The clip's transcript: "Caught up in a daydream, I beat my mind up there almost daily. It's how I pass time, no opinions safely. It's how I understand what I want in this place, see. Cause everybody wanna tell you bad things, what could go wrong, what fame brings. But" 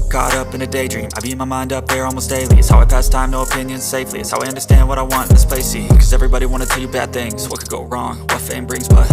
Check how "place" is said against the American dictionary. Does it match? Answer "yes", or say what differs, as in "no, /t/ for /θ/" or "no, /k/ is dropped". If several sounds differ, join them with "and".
no, /l/ is dropped